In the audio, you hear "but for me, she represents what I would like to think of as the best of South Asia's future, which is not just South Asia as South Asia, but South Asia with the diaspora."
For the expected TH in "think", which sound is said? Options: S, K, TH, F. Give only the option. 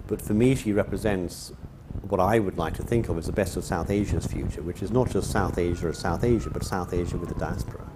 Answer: TH